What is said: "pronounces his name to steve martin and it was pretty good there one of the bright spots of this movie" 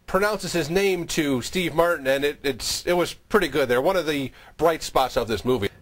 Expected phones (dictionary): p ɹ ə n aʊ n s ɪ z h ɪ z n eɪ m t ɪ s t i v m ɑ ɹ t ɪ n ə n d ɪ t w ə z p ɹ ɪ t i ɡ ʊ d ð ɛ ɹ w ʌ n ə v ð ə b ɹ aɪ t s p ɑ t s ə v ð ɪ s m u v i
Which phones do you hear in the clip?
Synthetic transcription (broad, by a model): p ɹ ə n aʊ n s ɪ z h ɪ z n eɪ m t ɪ s t i v m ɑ ɹ t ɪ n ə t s ɪ t w ə z p ɹ ɪ t i ɡ ʊ d ð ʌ ɹ w ʌ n ə v ð ə b ɹ aɪ t s p ɑ t s ə v ð ɪ s m u v i